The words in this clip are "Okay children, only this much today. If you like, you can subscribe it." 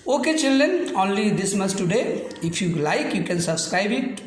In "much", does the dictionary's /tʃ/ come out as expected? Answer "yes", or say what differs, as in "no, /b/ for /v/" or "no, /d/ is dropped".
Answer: no, /s/ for /tʃ/